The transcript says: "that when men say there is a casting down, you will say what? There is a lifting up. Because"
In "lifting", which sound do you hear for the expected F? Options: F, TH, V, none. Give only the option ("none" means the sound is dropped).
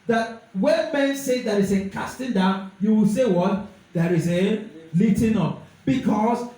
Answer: none